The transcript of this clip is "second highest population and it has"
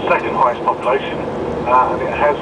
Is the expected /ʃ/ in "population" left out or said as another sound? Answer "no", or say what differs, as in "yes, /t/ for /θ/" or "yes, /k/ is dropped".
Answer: yes, /ʃ/ is dropped